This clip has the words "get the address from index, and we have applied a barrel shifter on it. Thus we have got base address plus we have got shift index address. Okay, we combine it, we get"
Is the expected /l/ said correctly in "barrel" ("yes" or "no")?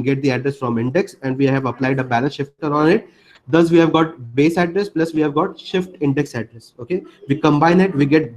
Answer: no